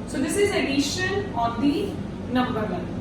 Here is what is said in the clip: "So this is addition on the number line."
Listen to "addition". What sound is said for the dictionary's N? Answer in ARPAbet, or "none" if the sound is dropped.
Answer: L